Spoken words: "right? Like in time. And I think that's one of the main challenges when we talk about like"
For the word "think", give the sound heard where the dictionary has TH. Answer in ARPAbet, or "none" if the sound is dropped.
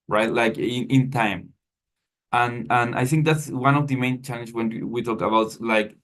TH